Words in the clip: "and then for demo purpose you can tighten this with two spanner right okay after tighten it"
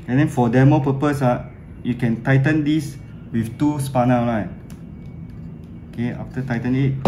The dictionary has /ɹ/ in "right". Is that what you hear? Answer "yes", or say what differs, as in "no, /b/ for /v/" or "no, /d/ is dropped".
no, /l/ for /ɹ/